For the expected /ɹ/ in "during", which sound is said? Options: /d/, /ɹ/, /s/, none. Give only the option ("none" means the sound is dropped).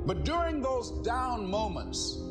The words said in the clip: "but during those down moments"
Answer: /ɹ/